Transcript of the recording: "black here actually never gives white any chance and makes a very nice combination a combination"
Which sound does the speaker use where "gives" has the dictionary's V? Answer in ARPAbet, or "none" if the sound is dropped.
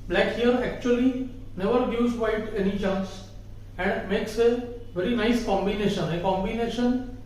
none